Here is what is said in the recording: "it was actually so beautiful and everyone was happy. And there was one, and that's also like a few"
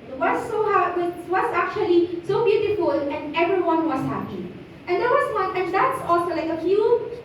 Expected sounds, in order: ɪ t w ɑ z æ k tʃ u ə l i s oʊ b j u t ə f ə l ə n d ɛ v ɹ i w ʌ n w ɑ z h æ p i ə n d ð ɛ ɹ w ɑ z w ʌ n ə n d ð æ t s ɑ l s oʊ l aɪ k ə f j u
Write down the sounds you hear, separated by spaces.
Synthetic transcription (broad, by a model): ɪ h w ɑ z æ k tʃ u ə l i s oʊ b j u t ə f ə l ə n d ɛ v ɹ i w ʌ n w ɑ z h æ p i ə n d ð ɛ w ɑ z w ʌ l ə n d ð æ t s ɑ l s oʊ l aɪ k ə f j u